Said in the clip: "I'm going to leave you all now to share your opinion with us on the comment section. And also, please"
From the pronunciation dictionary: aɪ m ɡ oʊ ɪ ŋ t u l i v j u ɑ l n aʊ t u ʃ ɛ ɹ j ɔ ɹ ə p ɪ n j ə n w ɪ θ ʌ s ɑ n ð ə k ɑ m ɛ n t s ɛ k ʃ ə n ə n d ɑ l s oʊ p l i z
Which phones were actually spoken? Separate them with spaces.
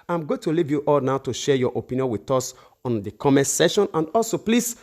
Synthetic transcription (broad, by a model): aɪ m ɡ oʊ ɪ t u l i v j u ɑ l n aʊ t u ʃ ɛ j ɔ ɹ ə p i n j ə n w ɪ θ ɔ s ɑ n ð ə k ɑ m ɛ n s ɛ ʃ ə n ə n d ɑ l s oʊ p l i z